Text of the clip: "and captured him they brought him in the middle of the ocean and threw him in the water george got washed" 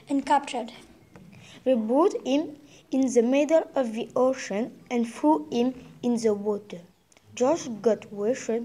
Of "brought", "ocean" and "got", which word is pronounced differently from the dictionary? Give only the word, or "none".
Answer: brought